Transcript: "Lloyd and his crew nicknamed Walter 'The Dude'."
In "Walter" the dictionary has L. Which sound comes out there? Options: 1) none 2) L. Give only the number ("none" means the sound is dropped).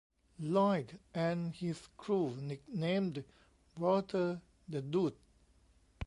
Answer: 1